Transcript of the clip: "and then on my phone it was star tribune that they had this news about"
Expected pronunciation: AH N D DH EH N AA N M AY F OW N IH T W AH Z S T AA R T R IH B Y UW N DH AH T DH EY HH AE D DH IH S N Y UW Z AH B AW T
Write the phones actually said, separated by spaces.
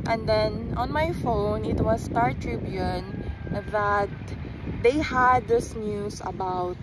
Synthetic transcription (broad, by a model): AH N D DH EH N AA N M AY F OW N IH T W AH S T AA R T R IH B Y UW N DH AH T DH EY HH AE D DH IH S N Y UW S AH B AW T